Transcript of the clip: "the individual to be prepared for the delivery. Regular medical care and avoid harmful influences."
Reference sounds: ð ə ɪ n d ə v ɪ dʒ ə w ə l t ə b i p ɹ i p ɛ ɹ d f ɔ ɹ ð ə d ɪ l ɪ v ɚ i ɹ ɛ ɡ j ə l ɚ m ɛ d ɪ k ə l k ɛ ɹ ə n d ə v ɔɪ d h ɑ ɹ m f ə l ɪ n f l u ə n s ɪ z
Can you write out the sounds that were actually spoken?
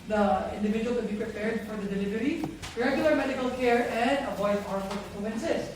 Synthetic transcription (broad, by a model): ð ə ɪ n d ə v ɪ dʒ ə w ə l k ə b i p ɹ i p ɛ ɹ d f ɔ ɹ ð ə d ɪ l ɪ v ɚ i ɹ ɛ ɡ j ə l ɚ m ɛ d ɪ k ə l k ɛ ɹ ə n d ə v ɔɪ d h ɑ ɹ f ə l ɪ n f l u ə n s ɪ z